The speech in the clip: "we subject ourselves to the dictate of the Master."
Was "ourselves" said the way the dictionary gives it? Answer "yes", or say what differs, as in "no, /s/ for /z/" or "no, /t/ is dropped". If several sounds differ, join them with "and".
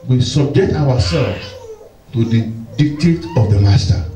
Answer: no, /w/ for /ɹ/